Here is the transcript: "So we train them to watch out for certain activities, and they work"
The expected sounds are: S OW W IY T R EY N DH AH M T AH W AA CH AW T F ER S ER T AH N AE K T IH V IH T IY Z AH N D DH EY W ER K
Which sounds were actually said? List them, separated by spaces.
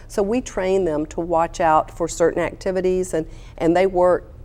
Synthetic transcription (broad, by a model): S OW W IY T R EY N DH AH M T AH W AA CH AW T F ER S ER T N AE K T IH V IH T IY Z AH N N DH EY W ER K